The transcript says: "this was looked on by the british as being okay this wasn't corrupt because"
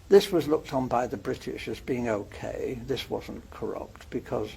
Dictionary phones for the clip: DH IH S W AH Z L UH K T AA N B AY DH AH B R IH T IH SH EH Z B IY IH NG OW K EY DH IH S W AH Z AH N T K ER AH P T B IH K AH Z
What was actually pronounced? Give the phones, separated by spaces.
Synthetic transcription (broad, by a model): DH IH S W AH Z L UH K T N B AY DH AH B R IH T IH SH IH Z B IY IH NG OW K EY DH IH S W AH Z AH N K ER AH P T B IH K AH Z